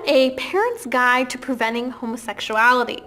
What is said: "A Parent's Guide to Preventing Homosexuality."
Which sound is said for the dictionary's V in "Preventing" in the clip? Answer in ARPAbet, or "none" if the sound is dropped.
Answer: V